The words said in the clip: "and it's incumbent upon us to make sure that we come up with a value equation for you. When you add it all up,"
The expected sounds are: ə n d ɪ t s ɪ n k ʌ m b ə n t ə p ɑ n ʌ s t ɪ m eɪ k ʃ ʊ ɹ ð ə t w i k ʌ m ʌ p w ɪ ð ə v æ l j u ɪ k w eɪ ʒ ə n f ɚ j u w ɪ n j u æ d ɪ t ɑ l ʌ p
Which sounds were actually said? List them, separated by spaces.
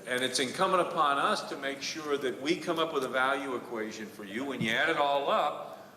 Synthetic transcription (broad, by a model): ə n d ɪ t s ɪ n k ʌ m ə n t ə p ɑ n ʌ s t ɪ m eɪ k ʃ ʊ ɹ ð ə t w i k ʌ m ʌ p w ɪ ð ə v æ l j u ɪ k w eɪ ʒ ə n f ɚ j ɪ w ɪ n j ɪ æ d ɪ t ɑ l ʌ p